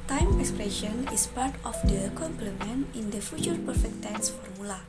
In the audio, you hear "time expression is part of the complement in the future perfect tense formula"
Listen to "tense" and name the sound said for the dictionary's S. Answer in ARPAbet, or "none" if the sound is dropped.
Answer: S